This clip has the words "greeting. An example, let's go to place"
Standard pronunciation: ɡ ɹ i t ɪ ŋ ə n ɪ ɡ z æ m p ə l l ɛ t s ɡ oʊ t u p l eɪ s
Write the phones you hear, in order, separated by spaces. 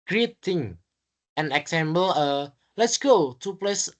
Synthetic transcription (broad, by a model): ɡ ɹ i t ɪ ŋ ə n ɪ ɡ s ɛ m b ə l l ɛ t s ɡ oʊ t u p l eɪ s